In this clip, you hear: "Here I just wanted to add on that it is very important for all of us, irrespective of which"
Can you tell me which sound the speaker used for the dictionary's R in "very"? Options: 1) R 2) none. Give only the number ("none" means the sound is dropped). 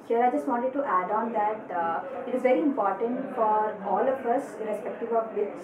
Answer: 1